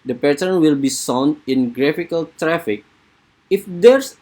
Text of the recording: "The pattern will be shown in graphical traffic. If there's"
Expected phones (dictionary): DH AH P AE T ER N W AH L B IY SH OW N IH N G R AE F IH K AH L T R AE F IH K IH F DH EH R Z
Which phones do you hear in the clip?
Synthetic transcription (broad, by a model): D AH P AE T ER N W AH L B IY S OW N IH N G R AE F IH K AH L T R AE F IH K IH F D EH R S